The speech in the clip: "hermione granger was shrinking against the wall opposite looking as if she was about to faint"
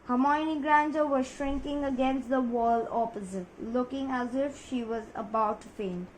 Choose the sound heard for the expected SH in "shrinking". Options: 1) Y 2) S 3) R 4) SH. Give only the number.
4